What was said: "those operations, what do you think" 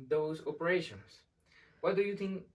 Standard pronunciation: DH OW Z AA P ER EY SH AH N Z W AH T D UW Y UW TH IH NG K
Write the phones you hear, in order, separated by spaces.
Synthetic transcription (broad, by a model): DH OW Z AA P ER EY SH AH N S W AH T D UW Y UW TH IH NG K